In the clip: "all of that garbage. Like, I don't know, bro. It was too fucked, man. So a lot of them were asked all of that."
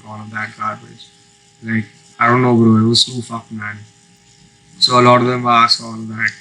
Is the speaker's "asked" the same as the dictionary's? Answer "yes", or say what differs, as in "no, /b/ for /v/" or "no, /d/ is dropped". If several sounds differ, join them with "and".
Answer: no, /t/ is dropped